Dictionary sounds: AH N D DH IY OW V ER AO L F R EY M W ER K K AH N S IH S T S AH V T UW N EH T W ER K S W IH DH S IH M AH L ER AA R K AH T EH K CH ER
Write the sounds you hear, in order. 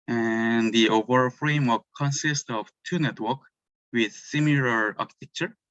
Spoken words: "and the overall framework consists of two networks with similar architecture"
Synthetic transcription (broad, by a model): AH N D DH IY OW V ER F R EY M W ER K K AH N S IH S T AH V T UW N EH T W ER K W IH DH S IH M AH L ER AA R K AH T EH K CH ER